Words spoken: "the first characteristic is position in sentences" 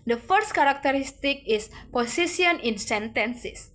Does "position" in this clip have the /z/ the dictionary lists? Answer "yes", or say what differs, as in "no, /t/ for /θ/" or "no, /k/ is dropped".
no, /s/ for /z/